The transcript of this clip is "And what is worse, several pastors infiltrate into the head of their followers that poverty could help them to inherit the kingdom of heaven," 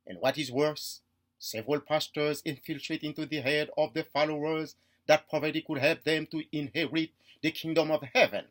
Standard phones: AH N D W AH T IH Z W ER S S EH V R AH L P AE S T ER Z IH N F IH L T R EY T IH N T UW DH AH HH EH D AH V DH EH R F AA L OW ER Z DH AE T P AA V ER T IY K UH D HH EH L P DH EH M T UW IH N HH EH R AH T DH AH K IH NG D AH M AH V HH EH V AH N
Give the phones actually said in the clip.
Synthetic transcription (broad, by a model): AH N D W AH T IH Z W ER S S EH V R AH L P AE S T ER Z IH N F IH L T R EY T IH N T UW DH AH HH EH D AH V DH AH F AA L OW ER Z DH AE T P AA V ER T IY K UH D HH EH L P DH EH M T UW IH N HH EH R AH T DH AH K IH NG D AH M AH V HH EH V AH N